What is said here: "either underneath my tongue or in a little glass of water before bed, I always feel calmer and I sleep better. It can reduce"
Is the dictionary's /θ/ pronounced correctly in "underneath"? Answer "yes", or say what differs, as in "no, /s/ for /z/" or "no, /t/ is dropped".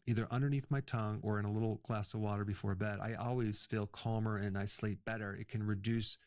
yes